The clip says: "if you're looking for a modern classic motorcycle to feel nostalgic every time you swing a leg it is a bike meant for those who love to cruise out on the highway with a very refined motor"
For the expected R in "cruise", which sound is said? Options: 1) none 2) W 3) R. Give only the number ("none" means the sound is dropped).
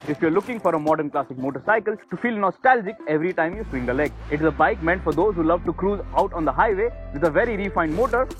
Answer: 3